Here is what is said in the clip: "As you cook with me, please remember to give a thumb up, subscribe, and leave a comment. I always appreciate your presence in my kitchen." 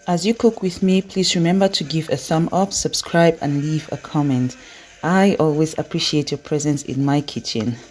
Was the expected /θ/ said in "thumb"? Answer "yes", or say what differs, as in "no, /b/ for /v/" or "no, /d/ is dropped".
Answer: no, /s/ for /θ/